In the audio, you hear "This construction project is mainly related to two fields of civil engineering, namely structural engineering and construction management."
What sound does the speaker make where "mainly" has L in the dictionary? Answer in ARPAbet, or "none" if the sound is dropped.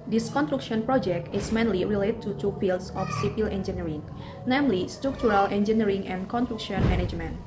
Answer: L